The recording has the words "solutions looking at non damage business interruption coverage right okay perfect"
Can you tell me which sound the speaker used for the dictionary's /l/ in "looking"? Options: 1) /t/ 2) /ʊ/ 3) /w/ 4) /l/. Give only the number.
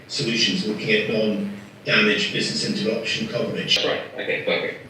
3